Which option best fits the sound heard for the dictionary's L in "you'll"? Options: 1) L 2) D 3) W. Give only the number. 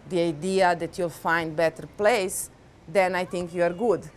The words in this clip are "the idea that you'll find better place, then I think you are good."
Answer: 1